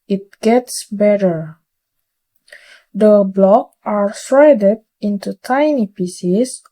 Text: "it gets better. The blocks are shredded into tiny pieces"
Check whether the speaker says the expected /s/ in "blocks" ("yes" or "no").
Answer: no